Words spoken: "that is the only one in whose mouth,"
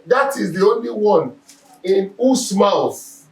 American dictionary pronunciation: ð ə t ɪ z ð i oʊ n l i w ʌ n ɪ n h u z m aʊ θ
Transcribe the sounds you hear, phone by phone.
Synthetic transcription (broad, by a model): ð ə t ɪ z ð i oʊ n l i w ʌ n ɪ n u s m aʊ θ